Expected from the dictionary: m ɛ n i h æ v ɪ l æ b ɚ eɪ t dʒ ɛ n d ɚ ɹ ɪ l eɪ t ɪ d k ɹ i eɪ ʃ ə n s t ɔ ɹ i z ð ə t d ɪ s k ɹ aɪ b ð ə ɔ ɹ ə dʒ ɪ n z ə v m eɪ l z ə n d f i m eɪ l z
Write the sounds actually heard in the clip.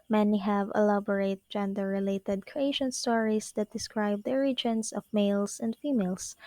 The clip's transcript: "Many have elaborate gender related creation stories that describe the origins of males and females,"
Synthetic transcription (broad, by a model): m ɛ n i h æ v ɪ l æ b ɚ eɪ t dʒ ɛ n d ɚ ɹ ɪ l eɪ t ɪ d k ɹ i eɪ ʃ ə n s t ɔ ɹ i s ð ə t d ɪ s k ɹ aɪ b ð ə ɹ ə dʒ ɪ n s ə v m eɪ l s ə n d f i m eɪ l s